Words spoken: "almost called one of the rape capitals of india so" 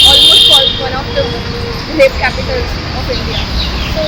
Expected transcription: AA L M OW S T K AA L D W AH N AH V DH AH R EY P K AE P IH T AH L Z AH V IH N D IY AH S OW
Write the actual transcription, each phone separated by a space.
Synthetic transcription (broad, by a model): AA L M OW S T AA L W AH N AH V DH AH L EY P K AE P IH T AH L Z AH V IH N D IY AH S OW